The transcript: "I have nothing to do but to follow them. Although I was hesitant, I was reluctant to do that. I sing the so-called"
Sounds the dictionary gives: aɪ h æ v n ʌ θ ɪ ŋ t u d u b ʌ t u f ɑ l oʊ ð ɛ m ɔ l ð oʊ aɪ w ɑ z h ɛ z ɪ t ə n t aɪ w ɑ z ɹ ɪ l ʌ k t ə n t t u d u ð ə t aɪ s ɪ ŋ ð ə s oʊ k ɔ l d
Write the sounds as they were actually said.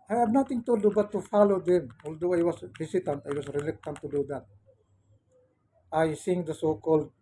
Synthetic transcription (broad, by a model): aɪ h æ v n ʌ t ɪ ŋ t u d u b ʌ t u f ɑ l oʊ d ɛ m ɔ l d oʊ aɪ w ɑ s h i s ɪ t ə n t aɪ w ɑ s ɹ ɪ l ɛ k t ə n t t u d u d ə t aɪ s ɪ ŋ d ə s oʊ k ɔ l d